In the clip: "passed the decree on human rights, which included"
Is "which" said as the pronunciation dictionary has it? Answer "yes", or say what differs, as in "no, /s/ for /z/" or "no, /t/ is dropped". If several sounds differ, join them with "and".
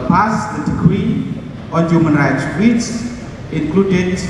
no, /s/ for /tʃ/